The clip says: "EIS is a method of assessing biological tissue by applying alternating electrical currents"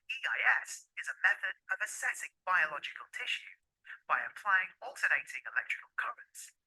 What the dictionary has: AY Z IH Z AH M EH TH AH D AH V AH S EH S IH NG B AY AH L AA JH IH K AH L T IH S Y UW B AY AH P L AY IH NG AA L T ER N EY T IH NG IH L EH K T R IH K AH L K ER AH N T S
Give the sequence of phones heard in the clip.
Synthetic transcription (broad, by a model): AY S IH Z AH M EH TH AH D AH V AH S EH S IH NG B AY AH L AA JH IH K AH L T IH SH Y UW B AY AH P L AY IH NG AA L T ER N EY T IH NG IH L EH K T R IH K AH L K ER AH N T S